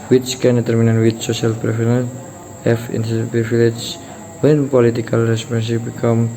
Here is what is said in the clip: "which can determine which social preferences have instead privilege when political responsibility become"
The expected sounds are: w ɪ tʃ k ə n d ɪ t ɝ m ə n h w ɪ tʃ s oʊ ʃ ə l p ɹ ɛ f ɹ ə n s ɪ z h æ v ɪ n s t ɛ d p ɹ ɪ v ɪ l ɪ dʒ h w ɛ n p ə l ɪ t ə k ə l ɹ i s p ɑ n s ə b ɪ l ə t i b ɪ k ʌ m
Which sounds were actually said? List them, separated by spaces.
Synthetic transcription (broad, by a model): w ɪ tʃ k ə n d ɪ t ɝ m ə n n w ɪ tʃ s oʊ ʃ ə l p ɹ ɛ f ə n ɪ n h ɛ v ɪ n t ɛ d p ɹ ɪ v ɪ l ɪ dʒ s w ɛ n p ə l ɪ t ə k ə l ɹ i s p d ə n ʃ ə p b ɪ k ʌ m